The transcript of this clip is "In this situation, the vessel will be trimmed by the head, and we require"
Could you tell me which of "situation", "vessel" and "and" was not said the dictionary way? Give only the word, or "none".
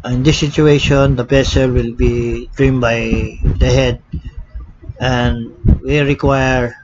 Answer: vessel